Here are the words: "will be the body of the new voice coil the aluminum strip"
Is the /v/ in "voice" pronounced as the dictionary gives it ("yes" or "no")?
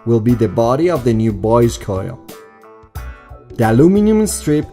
no